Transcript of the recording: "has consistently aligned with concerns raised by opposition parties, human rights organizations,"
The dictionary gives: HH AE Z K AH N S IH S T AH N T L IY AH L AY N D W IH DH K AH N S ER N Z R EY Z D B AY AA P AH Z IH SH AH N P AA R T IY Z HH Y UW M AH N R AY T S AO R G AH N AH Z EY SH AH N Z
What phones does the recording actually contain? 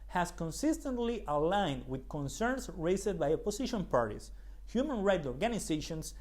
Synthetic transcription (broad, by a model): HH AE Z K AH N S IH S T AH N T L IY AH L AY N D W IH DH K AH N S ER N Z R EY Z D B AY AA P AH S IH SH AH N P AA R T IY S HH Y UW M AH N R AY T AO R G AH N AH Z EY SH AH N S